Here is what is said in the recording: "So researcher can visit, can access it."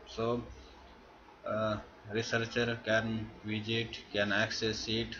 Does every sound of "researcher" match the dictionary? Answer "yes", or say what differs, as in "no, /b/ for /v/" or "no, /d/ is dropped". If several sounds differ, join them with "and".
yes